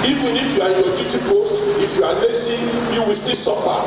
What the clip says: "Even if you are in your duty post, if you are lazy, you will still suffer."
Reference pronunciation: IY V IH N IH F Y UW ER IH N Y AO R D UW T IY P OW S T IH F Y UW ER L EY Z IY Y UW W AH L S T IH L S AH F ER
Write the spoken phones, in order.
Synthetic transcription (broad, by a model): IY V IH N IH F Y UW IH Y AO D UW T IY P OW S T IH F Y UW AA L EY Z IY Y UW W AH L S T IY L S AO F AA